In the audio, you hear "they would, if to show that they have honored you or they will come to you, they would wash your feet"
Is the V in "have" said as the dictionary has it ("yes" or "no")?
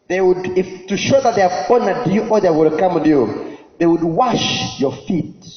no